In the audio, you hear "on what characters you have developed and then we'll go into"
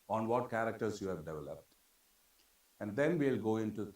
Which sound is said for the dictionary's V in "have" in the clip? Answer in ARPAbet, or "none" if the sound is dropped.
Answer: V